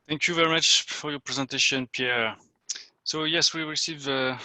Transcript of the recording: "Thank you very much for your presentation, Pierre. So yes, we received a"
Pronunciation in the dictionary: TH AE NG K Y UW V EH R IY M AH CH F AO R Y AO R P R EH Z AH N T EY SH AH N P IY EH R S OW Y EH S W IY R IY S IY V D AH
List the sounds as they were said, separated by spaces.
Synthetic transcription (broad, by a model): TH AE NG K Y UW V EH R IY M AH CH F AO R Y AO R P R EH Z AH N T EY SH AH N P IY EH R S OW Y EH S W IY R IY S IY V AH